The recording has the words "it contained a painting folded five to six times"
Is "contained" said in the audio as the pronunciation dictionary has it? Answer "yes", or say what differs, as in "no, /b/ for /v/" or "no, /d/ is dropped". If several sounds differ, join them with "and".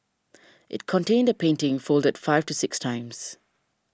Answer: yes